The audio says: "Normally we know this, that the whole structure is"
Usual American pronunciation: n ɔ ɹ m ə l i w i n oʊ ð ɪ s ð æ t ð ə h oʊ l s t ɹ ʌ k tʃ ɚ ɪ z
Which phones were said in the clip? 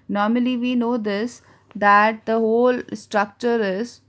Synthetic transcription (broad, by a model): n ɔ ɹ m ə l i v i n oʊ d ɪ s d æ t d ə h oʊ l s t ɹ ʌ k tʃ ɚ ɪ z